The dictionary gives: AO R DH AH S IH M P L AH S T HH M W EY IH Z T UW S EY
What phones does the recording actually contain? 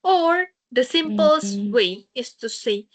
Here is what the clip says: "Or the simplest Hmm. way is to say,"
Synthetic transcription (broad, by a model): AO R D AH S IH M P AH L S W EY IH S T UW S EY